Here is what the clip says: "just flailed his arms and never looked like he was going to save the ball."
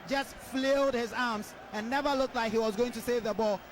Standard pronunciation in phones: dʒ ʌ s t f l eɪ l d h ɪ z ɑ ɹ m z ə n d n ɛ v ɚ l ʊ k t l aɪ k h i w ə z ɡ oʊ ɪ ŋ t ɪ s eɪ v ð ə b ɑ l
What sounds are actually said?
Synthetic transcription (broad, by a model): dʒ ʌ s t f l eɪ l d h ɪ z ɑ ɹ m z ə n n ɛ v ɚ l ʊ k t l aɪ k h i w ə z ɡ oʊ ɪ ŋ t ɪ s eɪ v ð ə b ɑ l